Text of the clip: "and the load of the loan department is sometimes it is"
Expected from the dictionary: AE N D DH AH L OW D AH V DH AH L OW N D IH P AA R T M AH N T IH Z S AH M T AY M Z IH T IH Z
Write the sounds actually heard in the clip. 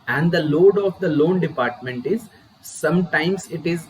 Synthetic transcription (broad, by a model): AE N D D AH L OW D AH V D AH L OW N D IH P AA R T M AH N T IH Z S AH M T AY M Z IH T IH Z